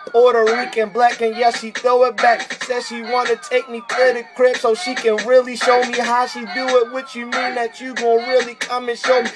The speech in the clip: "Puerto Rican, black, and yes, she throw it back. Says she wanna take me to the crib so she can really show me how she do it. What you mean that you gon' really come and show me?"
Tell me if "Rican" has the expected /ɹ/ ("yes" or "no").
no